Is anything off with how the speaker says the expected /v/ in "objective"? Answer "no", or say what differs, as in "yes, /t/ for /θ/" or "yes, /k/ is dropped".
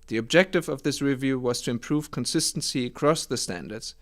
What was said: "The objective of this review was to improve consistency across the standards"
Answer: no